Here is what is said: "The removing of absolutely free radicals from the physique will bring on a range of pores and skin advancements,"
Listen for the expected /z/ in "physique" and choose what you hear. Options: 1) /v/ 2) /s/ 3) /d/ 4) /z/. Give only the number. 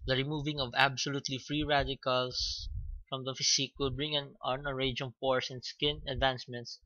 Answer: 2